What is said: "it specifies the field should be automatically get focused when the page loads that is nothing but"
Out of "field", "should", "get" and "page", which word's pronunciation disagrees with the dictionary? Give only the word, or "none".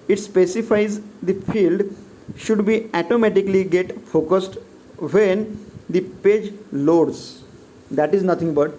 none